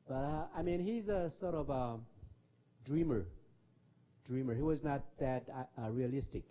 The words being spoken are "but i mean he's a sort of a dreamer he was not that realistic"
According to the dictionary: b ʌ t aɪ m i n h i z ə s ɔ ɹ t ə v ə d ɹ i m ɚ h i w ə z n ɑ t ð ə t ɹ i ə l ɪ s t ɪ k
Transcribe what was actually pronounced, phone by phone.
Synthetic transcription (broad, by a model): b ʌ t aɪ m i n h i z ə s ɔ ɹ t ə v ə d ɹ i m ɚ h i w ə z n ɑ t ð ə t ɹ i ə l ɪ s t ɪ k